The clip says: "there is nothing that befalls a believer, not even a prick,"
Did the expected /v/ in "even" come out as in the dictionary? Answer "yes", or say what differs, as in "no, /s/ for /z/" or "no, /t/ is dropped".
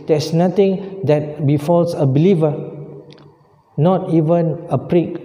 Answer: yes